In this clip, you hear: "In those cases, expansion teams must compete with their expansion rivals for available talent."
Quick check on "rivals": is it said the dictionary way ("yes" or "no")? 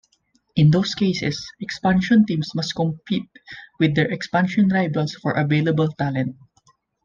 no